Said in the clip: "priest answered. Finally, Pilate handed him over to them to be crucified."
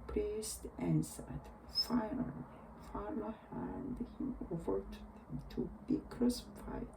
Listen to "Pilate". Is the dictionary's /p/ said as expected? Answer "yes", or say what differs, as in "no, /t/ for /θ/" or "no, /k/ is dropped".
no, /f/ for /p/